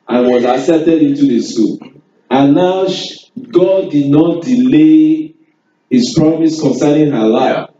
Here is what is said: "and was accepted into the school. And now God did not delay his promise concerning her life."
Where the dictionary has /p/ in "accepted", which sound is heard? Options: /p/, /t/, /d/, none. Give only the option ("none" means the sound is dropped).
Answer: none